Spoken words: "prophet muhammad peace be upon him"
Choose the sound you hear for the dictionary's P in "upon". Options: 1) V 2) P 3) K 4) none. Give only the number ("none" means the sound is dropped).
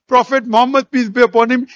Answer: 2